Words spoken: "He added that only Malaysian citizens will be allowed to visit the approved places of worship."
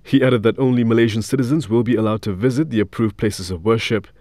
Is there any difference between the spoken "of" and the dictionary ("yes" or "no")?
no